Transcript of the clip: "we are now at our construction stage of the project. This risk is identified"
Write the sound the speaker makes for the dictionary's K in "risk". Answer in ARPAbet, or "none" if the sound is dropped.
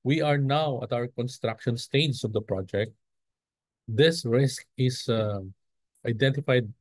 K